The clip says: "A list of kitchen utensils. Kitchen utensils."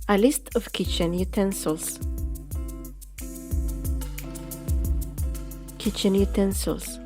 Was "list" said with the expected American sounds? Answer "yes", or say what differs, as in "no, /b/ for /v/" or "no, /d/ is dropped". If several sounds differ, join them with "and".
yes